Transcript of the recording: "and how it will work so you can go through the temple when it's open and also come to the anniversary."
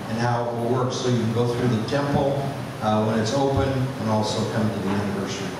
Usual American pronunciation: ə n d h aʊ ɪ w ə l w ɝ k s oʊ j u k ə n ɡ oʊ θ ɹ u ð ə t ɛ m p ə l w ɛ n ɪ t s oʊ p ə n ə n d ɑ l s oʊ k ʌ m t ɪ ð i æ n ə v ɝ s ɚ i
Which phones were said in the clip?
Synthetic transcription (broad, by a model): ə n h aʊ ɪ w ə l w ɝ k s oʊ j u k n ɡ oʊ θ ɹ u ð ə t ɛ m p l w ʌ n ɪ t s oʊ p ə n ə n ɑ l s oʊ k ʌ m t ɪ ð i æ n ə v ɝ s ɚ i